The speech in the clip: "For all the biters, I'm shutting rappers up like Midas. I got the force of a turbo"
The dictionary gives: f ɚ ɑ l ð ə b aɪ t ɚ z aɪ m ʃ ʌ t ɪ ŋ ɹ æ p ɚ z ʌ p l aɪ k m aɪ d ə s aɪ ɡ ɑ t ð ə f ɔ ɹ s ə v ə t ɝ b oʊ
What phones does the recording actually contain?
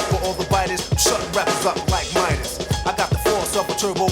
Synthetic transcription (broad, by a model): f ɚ ɑ l ð ə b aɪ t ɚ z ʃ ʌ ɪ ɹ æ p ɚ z ʌ p l aɪ k m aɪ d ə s aɪ ɡ ɑ t ð ə f ɔ ɹ s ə p ə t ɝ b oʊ